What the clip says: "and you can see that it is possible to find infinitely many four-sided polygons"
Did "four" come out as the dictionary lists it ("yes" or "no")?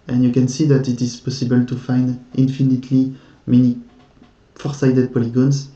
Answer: yes